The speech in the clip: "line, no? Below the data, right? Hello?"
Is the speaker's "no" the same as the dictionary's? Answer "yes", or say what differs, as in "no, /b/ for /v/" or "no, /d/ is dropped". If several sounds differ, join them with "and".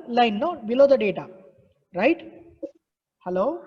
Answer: no, /l/ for /n/